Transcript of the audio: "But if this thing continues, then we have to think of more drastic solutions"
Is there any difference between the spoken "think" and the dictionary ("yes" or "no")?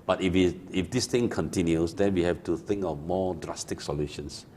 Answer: no